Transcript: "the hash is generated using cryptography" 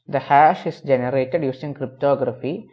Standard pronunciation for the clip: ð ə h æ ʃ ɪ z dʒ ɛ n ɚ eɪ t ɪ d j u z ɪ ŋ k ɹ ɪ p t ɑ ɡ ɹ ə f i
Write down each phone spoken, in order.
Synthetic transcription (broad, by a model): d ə h æ ʃ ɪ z dʒ ɛ n ɚ eɪ t ɪ d j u s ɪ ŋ k ɹ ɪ p t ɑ ɡ ɹ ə f i